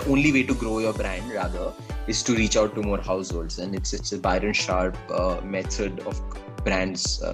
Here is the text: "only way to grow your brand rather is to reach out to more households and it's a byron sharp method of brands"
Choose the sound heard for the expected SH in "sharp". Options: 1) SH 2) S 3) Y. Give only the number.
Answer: 1